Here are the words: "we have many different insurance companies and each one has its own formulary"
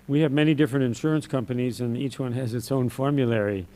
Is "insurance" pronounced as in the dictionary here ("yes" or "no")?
yes